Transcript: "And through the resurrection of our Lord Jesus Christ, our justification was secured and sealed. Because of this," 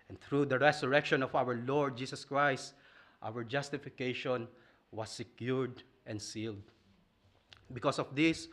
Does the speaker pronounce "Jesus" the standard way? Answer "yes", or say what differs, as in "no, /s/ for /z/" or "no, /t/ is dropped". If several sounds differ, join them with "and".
no, /s/ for /z/